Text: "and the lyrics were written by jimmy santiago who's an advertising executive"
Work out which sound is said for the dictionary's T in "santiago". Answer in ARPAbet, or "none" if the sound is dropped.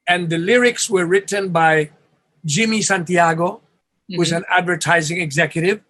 T